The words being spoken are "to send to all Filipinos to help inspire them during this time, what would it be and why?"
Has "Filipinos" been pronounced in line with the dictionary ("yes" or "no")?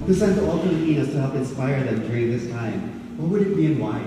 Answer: no